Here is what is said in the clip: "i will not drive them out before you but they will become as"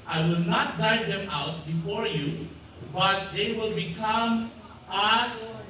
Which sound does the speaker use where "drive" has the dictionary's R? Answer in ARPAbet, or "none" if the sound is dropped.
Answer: none